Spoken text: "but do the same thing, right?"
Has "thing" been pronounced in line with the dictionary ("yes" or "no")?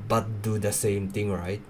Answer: no